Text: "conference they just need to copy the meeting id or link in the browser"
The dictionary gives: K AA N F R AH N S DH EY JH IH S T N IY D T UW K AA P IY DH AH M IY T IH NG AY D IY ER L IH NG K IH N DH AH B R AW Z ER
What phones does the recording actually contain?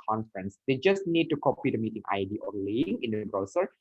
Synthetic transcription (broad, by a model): K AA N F R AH N S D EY JH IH S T N IY D T UW K AA P IY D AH M IY T IH NG AY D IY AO L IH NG IH N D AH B R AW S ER